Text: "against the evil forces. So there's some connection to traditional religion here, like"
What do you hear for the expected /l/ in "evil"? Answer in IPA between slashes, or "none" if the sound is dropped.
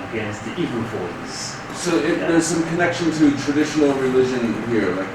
/n/